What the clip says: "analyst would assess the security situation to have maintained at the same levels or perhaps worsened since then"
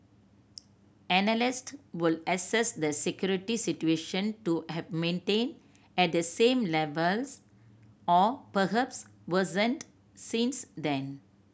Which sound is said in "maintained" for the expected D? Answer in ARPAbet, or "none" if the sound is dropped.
none